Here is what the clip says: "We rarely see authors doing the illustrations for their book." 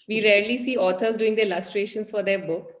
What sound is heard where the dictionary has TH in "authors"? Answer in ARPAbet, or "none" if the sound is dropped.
T